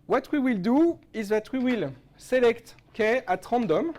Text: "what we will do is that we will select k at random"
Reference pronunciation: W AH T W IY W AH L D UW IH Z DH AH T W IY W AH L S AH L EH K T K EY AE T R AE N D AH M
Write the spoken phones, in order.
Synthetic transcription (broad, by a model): W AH T W IY W AH L D UW IH Z DH AH T W IY W AH L S AH L EH K T K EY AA T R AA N D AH M